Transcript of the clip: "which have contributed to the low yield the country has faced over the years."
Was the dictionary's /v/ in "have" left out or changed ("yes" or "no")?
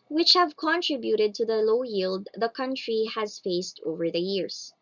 no